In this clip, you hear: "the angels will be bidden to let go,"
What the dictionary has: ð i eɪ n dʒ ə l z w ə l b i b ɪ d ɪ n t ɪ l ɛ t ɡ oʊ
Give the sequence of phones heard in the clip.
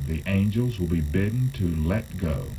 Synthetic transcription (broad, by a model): ð i eɪ n dʒ ə l z w ə l b i b ɪ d n t ɪ l ɛ t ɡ oʊ